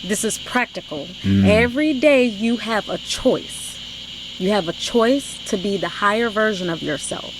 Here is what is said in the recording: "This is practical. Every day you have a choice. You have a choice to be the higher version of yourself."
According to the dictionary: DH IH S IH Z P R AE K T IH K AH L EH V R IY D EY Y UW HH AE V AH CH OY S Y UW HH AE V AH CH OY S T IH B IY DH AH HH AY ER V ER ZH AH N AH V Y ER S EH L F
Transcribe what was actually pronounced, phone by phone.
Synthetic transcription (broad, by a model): DH IH S IH Z P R AE K T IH K L EH V R IY D EY Y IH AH V AH CH OY S Y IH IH V AH CH OY S T IH B IY DH AH HH AY ER V ER ZH AH N AH V Y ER S EH L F